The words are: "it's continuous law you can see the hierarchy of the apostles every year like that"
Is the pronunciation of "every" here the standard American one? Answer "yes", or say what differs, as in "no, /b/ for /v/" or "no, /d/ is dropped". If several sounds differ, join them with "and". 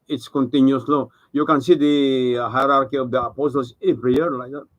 no, /p/ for /v/